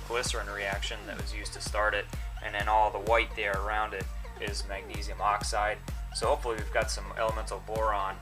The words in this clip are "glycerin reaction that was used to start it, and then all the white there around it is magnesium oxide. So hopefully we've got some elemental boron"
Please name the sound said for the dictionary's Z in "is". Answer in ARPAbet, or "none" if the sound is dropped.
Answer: Z